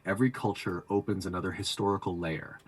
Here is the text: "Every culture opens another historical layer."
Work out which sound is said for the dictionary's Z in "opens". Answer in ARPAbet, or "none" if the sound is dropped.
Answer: Z